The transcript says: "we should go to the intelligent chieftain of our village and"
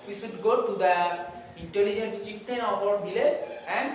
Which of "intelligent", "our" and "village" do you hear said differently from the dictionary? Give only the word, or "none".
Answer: village